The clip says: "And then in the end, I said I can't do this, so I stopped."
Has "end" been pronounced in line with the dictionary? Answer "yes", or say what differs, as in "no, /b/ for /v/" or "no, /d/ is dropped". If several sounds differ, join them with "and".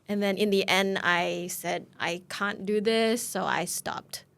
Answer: yes